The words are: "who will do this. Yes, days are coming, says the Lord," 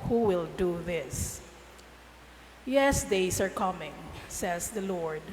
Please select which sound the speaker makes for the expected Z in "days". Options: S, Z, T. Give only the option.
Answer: S